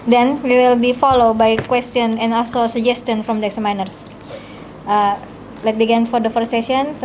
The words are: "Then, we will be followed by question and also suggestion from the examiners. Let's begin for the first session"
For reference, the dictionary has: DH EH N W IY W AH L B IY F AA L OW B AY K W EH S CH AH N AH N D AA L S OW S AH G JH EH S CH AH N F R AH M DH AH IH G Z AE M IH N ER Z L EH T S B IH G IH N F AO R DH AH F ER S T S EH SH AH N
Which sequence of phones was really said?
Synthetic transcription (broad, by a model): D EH N W IY W AH L B IY F AA L OW B AY K W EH S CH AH N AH N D AA L S OW S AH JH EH S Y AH N F R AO M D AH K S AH M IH N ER S L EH T B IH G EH N F AO R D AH F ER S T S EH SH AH N